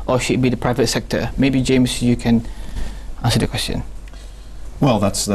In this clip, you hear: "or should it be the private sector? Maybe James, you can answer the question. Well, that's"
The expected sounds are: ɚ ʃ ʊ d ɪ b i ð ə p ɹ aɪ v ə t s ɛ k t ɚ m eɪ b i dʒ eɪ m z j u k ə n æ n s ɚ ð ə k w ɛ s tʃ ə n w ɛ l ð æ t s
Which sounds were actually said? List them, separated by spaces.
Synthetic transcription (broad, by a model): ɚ ʃ ʊ d b i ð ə p ɹ aɪ v ə t s ɛ k t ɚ m eɪ b i dʒ eɪ m s j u k ə n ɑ n s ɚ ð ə k w ɛ s tʃ ə n w ɛ l ð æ t s